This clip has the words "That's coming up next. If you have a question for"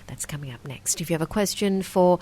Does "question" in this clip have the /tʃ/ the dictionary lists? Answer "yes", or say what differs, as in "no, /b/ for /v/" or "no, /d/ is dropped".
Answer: yes